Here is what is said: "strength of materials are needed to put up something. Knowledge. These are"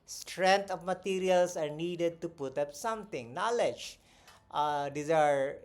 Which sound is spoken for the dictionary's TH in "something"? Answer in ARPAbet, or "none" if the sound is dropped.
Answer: T